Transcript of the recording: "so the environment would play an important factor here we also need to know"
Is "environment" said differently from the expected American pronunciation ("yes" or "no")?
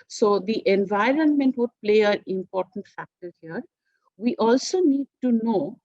no